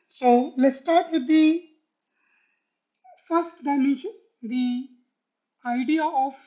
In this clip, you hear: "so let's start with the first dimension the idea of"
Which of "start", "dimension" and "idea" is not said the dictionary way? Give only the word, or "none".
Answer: dimension